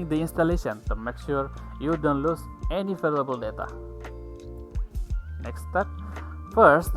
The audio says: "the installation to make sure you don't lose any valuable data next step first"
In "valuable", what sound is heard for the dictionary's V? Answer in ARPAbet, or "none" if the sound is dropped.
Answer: F